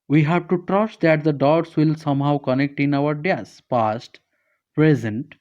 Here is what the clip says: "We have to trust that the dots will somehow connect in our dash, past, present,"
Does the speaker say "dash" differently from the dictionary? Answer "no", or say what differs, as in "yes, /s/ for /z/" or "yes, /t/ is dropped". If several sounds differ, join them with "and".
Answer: yes, /s/ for /ʃ/